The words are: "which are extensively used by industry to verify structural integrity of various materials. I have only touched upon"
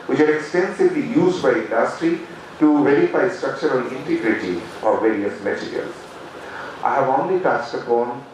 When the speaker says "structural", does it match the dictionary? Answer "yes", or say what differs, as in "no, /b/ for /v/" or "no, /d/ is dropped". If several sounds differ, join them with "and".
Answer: no, /n/ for /l/